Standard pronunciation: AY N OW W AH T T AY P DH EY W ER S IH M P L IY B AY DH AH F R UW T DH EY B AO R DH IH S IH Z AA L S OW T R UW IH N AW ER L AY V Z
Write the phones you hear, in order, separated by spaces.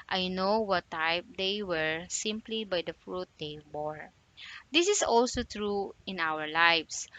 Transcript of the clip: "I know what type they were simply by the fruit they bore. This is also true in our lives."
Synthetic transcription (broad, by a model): AY N OW W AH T T AY P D EY W ER S IH M P L IY B AY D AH F R UW T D EY B AO R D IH S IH S AA L S OW T R UW IH N AW ER L AY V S